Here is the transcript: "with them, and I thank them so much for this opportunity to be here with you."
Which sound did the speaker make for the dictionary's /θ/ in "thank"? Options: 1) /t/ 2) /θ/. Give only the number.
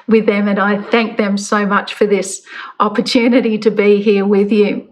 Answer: 2